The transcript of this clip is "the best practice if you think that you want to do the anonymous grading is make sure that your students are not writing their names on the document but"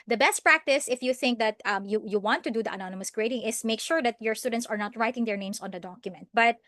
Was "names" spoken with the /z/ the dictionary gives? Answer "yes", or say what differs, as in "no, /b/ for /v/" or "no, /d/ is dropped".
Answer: no, /s/ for /z/